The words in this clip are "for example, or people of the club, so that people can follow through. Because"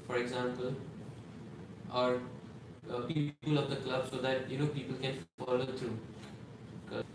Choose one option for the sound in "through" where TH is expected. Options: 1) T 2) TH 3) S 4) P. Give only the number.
1